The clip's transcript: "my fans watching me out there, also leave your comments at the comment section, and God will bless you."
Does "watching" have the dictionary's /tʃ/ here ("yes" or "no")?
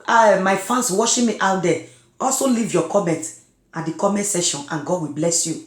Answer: no